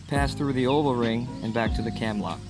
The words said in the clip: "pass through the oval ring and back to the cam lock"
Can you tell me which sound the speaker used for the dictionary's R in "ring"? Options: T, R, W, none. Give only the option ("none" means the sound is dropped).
R